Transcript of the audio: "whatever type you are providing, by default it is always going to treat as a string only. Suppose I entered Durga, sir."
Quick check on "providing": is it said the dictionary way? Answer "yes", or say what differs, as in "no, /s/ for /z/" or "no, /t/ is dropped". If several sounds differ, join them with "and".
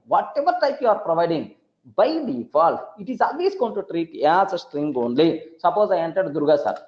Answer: yes